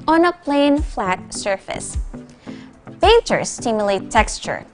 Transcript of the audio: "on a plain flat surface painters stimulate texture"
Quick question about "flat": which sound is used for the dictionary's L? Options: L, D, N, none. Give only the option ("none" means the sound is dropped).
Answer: L